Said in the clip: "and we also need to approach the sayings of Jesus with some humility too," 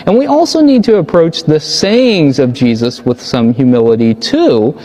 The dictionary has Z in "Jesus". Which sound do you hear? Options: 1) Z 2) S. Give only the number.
1